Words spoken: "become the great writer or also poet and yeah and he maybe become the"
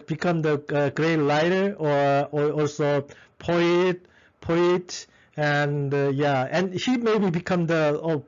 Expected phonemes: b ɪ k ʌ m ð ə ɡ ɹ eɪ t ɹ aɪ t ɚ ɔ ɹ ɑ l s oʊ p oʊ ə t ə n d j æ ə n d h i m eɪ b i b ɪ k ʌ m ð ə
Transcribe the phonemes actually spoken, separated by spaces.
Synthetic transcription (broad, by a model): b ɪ k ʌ m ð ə ɡ ɹ eɪ t l aɪ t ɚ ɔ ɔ ɑ l s oʊ p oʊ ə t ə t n j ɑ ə n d h i m eɪ b i b ɪ k ʌ m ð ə